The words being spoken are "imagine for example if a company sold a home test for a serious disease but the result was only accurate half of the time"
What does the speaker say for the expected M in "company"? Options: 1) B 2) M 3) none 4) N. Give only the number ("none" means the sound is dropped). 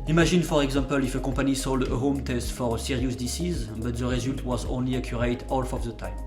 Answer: 3